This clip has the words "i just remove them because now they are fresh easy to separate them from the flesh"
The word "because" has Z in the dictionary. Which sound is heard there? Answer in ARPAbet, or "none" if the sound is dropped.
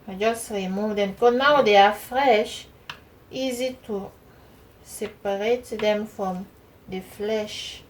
none